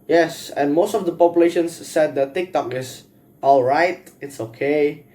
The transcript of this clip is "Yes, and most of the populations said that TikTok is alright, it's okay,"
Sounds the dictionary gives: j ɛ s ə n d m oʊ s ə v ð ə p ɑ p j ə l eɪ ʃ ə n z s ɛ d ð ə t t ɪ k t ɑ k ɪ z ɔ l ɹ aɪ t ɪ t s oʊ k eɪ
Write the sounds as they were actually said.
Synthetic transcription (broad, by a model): j ɛ s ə n m oʊ s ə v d ə p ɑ p j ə l eɪ ʃ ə n s ɛ d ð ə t t ɪ k t ɑ k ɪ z ɔ l ɹ aɪ t ɪ t s oʊ k eɪ